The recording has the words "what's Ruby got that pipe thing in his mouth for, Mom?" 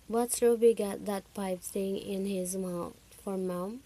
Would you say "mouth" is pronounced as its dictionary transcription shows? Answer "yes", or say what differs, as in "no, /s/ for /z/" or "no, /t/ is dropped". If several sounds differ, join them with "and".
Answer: no, /t/ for /θ/